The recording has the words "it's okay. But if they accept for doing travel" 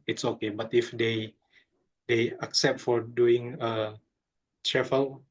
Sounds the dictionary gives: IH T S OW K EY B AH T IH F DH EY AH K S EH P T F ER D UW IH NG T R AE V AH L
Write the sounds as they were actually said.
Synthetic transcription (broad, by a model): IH T S OW K EY B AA T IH F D EY AH K S EH P T F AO D UW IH NG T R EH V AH L